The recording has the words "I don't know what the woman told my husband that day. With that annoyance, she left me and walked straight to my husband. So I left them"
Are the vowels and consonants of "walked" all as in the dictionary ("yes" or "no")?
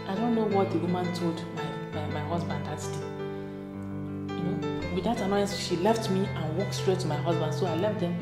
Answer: yes